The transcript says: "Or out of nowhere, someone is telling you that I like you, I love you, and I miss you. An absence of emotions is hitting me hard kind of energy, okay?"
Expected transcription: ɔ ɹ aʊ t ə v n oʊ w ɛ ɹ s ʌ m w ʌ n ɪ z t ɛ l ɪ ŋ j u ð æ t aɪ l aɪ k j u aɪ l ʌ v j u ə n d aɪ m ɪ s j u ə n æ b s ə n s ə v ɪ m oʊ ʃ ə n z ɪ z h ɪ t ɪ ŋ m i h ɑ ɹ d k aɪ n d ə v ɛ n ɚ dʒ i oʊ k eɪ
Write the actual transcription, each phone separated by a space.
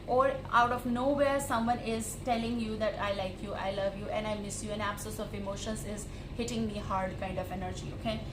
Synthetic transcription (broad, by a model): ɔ ɹ aʊ t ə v n oʊ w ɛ ɹ s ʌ m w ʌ n ɪ z t ɛ l ɪ ŋ j u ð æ t aɪ l aɪ k j u aɪ l ʌ v j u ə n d aɪ m ɪ s j u ə n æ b s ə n s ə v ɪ m oʊ ʃ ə n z ɪ z h ɪ t ɪ ŋ m i h ɑ ɹ d k aɪ n d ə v ɛ n ɚ dʒ i oʊ k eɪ